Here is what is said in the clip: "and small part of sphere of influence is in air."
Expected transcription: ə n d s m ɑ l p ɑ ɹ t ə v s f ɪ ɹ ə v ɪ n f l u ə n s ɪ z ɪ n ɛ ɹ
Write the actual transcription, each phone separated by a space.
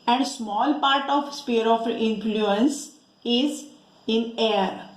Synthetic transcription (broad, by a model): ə n d s m ɑ l p ɑ ɹ t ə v s p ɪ ɹ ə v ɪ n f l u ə n s ɪ z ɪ n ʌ ɹ